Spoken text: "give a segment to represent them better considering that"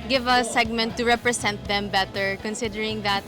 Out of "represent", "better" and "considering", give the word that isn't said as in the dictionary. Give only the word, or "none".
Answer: represent